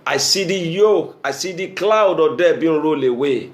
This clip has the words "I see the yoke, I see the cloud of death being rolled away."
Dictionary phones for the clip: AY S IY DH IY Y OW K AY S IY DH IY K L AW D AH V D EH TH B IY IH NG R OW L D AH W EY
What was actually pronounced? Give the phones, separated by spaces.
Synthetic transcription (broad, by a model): AY S IY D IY Y OW K AY S IY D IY K L AW D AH D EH B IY R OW L AH W EY